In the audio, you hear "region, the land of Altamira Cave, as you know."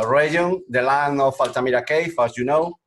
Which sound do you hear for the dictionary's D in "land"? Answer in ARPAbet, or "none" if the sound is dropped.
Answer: none